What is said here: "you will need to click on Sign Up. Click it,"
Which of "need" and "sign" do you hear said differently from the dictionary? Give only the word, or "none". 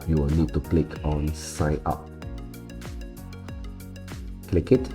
sign